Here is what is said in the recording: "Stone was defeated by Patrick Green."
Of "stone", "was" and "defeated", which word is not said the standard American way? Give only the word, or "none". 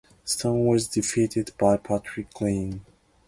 none